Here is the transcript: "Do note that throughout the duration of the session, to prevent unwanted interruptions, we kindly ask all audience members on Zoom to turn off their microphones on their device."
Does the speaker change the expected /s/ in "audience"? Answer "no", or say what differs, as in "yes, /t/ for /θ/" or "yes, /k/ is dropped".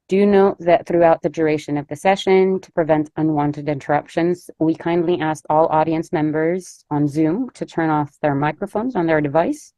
no